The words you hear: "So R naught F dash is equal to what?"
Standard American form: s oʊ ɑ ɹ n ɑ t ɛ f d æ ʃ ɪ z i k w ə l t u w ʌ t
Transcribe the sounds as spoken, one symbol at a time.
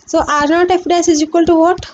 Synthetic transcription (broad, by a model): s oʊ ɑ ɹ n ɑ t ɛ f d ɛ s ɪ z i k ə l t u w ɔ t